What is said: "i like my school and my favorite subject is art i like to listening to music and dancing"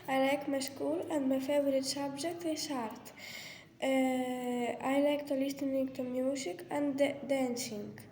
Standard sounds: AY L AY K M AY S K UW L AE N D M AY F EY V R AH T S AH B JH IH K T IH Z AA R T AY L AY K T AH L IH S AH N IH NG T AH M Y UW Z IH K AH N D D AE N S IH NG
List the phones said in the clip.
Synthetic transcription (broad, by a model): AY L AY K M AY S K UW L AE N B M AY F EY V R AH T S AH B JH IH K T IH S AA R T AY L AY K T AH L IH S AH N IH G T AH M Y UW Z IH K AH N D D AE N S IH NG